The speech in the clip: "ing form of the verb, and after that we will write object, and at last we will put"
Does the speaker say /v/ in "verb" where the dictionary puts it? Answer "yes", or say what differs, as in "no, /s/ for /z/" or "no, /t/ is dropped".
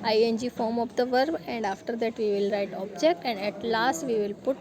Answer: yes